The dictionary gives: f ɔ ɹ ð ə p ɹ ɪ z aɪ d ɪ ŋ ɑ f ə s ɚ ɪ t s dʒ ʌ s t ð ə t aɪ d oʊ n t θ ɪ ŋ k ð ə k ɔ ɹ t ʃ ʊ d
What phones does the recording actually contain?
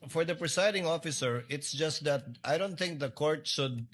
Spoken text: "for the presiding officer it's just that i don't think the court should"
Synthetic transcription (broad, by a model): f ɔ ɹ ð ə p ɹ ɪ s aɪ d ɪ ŋ ɑ f ə s ɚ ɪ t s dʒ ʌ s t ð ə t aɪ d oʊ n t θ ɪ ŋ k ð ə k ɔ ɹ t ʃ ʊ d